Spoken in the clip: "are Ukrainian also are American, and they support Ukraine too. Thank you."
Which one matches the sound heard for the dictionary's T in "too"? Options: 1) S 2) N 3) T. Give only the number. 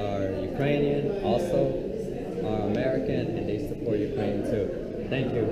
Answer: 1